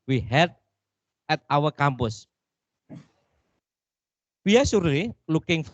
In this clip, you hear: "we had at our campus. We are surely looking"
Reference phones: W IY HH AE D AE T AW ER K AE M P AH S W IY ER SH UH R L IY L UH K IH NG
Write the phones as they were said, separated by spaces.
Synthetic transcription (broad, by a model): W IY HH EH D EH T AW ER K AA M P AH S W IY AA S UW R IY L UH K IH NG